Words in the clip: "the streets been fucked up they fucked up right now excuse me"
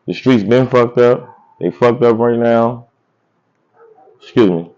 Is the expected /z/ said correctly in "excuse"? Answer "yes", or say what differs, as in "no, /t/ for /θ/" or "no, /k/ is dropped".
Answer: yes